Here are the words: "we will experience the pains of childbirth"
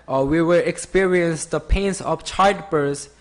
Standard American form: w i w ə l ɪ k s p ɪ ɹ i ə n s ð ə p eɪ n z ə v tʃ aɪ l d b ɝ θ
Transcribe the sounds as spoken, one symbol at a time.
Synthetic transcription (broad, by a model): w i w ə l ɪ k s p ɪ ɹ i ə n s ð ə p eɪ n s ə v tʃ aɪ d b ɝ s